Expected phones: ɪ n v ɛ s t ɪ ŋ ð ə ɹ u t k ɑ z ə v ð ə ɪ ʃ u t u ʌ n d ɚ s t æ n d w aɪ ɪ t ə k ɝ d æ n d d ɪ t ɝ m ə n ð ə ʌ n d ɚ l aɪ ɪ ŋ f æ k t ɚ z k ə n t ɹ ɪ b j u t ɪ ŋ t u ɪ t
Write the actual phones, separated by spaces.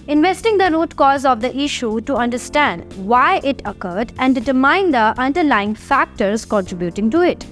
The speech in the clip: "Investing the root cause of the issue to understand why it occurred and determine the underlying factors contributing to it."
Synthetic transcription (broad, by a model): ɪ n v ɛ s t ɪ ŋ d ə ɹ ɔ t k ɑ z ə v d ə ɪ ʃ u t u ʌ n d ɚ s t æ n d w aɪ ɪ t ə k ɝ d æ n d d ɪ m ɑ ə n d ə ʌ n d ɚ l aɪ ɪ ŋ f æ k t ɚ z k ə n t ɹ ɪ b j u t ɪ ŋ t u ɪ t